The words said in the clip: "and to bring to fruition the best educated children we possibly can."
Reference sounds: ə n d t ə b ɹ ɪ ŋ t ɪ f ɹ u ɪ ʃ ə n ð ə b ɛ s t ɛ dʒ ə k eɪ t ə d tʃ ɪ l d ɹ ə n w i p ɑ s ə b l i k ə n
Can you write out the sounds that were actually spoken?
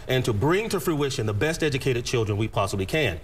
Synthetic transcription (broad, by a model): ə n t ə b ɹ ɪ ŋ t ɪ f ɹ u ɪ ʃ ə n ð ə b ɛ s t ɛ dʒ ə k eɪ t ə d tʃ ɪ l d ɹ ə n w i p ɑ s ə b l i k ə n